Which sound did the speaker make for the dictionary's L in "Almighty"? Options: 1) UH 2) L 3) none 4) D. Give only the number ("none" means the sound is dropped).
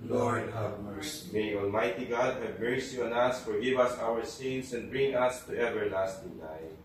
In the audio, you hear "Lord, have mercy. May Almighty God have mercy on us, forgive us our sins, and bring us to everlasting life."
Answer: 2